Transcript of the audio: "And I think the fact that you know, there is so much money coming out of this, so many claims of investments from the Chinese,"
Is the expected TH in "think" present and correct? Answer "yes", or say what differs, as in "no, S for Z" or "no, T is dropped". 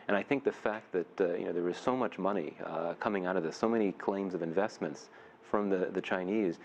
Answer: yes